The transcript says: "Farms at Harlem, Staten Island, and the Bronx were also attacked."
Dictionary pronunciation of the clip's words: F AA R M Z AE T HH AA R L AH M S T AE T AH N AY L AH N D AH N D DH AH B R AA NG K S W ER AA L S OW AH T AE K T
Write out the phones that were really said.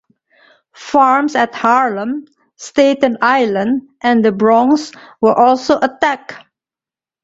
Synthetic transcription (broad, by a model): F AA R M S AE T HH AA R L AH M S T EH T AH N AY L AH N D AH N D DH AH B R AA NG S W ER AA L S OW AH T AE K